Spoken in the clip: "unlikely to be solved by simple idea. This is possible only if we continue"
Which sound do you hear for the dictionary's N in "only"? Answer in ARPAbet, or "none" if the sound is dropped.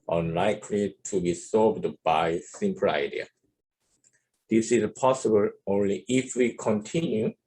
N